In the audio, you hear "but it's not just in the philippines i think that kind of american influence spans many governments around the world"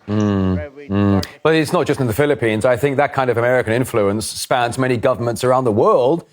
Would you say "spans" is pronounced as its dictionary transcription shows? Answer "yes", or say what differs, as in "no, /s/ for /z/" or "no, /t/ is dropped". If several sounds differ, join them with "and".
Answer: yes